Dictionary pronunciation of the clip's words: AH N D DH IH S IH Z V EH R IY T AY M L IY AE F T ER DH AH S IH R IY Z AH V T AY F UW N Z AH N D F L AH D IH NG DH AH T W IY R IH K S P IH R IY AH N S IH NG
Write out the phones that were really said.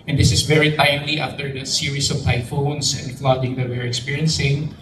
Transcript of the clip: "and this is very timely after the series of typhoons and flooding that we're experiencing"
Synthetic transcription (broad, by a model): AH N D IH S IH S V EH R IY T AY M L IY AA F T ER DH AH S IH R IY S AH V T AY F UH N S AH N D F L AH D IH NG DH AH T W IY R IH K S P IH R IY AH N S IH NG